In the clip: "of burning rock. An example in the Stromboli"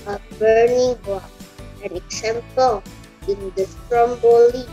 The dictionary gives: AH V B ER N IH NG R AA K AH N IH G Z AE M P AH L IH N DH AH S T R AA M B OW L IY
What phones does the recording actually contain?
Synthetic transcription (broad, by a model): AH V B ER N IH NG W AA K AH N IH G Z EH M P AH L IH N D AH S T R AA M B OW L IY